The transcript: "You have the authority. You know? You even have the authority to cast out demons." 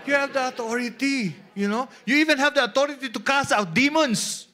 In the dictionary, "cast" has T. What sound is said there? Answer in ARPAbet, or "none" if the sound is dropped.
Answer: none